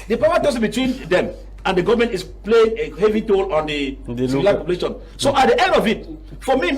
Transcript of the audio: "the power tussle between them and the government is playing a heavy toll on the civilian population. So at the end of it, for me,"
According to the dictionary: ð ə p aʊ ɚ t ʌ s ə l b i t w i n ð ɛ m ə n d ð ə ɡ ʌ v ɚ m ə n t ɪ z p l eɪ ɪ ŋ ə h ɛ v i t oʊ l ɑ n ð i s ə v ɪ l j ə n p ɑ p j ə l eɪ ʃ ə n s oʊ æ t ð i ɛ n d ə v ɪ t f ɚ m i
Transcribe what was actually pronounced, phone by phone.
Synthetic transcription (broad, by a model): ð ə p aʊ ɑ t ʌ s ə b i t w i n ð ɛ m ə n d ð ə ɡ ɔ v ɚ m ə n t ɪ s p l eɪ ɪ ŋ ə h ɛ v i t oʊ l ɑ n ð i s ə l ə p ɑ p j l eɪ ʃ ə n s oʊ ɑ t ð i ɛ n d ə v ɪ t f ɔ m i